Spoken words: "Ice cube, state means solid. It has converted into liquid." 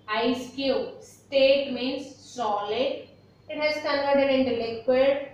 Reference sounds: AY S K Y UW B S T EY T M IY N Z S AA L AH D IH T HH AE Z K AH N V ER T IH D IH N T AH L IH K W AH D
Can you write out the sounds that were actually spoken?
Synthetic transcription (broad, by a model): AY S K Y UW S T EY T M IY N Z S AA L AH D IH T HH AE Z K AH L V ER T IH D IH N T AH L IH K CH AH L